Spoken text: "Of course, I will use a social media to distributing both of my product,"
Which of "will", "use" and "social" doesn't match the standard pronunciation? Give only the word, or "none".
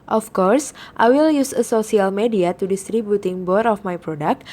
social